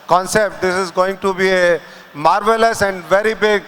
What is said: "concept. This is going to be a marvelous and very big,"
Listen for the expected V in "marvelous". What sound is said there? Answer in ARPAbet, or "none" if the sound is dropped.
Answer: V